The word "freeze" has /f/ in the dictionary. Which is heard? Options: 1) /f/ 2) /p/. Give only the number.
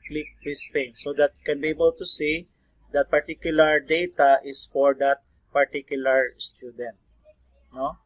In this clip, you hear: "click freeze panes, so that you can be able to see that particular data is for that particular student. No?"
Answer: 2